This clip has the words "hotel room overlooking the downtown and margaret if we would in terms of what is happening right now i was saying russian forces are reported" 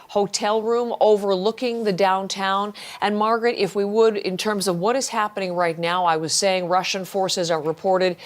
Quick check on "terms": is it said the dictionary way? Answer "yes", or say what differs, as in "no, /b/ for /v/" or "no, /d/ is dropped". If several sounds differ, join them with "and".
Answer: yes